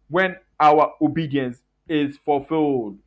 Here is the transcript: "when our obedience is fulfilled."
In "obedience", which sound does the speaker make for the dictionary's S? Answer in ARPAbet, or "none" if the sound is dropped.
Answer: S